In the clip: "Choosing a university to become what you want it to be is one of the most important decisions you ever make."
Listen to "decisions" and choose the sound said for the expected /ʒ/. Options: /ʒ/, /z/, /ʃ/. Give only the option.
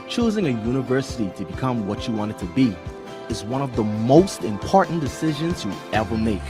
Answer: /ʒ/